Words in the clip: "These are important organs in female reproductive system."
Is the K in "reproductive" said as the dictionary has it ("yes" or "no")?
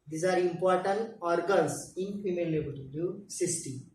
no